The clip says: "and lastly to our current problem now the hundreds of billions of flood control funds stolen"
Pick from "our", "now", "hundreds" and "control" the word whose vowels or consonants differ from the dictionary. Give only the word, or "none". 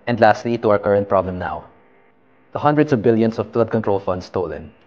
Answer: hundreds